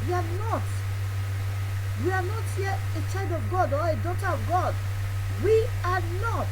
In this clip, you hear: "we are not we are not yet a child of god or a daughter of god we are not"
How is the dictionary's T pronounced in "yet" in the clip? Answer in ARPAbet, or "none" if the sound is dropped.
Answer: none